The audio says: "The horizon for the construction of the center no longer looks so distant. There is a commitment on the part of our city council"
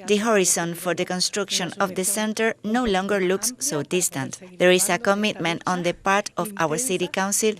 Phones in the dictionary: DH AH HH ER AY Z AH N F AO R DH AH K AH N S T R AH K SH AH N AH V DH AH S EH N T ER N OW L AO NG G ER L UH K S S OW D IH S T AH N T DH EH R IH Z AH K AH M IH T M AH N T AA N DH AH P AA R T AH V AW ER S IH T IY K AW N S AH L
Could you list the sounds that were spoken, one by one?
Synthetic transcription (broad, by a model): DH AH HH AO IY S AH N F AO R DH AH K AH N S T R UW K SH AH N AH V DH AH S EH N T ER N OW L AO NG G ER L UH K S S OW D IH S T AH N T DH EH R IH S AH K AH M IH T M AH N T AA N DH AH P AA R T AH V AW ER S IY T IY K AW N S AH L